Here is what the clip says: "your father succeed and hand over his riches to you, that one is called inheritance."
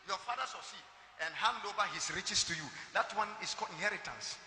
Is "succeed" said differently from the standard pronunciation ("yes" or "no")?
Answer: yes